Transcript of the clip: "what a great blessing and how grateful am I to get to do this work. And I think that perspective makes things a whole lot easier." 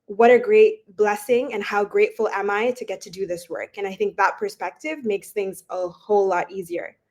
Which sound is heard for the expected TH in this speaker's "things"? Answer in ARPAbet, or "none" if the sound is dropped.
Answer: TH